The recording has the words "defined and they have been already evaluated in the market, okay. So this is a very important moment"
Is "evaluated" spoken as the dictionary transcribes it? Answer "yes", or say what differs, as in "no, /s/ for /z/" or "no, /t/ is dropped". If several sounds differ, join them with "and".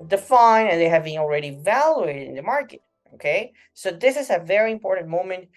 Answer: yes